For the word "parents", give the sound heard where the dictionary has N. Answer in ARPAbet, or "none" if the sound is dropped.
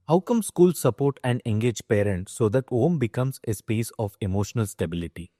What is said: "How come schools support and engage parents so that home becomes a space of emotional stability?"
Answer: N